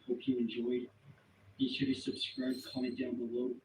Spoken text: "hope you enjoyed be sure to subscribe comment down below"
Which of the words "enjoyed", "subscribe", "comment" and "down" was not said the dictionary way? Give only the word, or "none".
comment